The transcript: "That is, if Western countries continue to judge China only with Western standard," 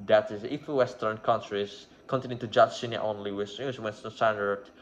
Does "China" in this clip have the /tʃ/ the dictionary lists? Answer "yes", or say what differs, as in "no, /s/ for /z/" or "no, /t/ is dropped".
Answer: no, /s/ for /tʃ/